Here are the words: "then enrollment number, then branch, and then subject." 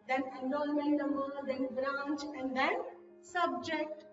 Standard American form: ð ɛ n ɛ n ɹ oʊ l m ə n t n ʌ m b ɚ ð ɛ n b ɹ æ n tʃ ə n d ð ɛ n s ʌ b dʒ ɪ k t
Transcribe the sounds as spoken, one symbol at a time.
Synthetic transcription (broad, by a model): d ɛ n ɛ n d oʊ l m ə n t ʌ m ɚ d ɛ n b ɹ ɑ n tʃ ə n d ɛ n s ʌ b dʒ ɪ k t